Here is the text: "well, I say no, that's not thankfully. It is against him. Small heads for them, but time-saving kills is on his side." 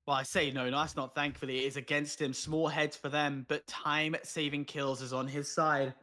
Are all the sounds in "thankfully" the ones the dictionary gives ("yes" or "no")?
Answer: yes